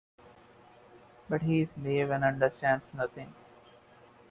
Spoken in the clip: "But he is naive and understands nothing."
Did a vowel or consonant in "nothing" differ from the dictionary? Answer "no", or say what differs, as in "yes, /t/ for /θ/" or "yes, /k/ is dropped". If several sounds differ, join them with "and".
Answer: yes, /t/ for /θ/